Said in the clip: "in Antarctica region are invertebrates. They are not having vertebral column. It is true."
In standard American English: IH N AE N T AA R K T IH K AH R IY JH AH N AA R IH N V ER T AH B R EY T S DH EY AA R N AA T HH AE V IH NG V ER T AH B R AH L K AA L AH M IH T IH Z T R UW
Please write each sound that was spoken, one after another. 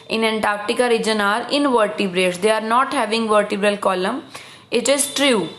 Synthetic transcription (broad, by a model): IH N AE N T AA R K T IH K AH R IY JH AH N AA R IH N V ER T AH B R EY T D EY AA R N AA T HH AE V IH NG V ER T AH B R AH L K AA L AH M IH T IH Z T R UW